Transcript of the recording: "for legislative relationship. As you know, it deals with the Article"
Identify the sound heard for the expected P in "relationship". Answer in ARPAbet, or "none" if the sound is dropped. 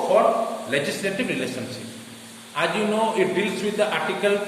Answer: none